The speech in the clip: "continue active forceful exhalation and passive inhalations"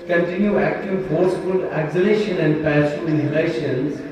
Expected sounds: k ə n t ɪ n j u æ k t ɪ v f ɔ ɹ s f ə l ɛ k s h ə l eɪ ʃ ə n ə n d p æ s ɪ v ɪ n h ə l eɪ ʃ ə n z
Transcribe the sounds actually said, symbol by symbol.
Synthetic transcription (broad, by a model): k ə n t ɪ n j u æ k t ɪ v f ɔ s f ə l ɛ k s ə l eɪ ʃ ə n ə n d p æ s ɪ ɪ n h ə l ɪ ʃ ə n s